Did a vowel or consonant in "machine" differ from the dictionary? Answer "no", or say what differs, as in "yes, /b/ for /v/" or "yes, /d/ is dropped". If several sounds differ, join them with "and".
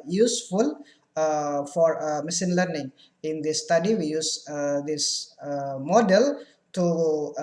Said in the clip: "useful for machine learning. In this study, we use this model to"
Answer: yes, /s/ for /ʃ/